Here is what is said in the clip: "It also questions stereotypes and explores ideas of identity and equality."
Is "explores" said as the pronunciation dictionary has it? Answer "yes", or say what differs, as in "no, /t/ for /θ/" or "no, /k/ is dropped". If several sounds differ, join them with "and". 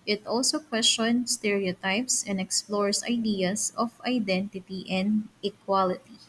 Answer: no, /s/ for /z/